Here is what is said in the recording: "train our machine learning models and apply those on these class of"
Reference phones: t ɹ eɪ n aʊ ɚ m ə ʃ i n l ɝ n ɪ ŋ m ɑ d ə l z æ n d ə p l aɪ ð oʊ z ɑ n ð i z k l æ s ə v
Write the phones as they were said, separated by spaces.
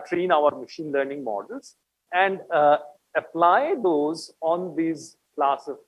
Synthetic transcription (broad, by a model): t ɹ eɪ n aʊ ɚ m ə ʃ i n l ɝ n ɪ ŋ m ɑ d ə l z æ n d ə p l aɪ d oʊ z ɑ n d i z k l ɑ s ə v